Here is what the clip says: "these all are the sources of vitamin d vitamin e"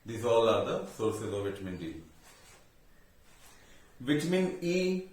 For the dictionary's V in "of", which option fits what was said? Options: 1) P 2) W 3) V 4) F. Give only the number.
3